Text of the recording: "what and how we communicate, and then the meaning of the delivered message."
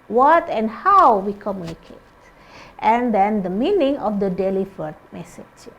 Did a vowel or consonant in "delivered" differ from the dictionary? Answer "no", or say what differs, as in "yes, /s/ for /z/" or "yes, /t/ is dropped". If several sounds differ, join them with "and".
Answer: yes, /f/ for /v/